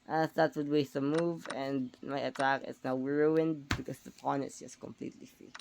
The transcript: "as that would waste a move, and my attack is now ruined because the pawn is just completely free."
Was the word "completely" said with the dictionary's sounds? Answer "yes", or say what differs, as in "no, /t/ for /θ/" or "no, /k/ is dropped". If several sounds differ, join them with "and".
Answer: yes